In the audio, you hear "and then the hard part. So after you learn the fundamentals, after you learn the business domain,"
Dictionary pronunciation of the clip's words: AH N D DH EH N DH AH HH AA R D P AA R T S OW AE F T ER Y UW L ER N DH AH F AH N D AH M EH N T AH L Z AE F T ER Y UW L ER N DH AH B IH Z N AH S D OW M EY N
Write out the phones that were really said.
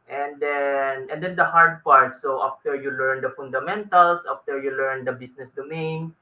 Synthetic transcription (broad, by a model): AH N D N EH N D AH HH AA R D P AA R T S OW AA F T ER Y UW L ER N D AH F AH N D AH M EH N T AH L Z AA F T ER Y UW L ER N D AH B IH S N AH S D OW M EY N